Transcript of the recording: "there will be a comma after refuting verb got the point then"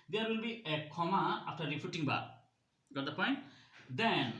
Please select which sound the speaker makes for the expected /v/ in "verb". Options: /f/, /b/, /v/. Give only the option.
/b/